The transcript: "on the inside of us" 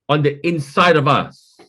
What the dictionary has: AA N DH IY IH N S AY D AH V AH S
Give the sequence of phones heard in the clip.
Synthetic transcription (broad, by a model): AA N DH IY IH N S AY D AH V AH S